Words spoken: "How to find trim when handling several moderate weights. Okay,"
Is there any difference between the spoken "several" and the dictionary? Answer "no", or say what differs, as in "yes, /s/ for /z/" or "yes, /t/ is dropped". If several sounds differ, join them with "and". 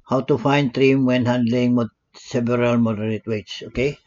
yes, /b/ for /v/